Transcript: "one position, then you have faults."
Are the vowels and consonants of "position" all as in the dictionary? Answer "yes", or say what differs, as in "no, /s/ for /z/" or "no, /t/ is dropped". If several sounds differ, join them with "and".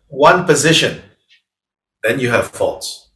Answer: yes